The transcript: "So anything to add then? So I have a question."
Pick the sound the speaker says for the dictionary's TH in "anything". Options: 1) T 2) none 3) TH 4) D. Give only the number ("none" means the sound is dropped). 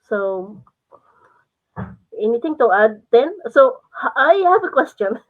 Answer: 1